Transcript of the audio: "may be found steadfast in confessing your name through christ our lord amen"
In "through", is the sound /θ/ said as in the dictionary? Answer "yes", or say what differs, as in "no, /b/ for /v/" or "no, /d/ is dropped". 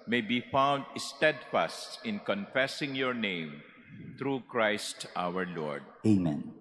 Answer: no, /t/ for /θ/